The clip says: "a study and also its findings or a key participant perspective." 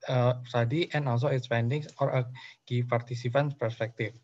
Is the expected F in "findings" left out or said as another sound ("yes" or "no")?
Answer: yes